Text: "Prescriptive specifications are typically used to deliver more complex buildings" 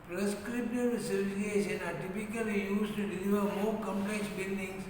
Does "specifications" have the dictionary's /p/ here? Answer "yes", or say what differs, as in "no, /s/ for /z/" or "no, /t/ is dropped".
no, /p/ is dropped